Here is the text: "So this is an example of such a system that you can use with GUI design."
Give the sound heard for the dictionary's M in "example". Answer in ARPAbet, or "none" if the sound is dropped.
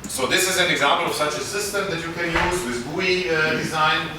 M